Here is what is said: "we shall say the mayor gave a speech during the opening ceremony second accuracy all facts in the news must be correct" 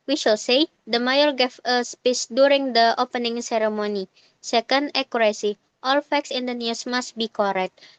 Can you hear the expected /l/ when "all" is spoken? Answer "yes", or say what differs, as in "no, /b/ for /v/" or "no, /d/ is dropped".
yes